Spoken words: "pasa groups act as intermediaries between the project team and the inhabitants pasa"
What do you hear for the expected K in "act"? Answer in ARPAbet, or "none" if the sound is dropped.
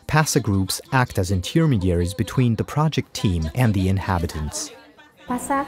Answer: K